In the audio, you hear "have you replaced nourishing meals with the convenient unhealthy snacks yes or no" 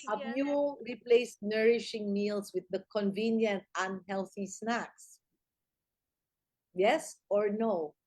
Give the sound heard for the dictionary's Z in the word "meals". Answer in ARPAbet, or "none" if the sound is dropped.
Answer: S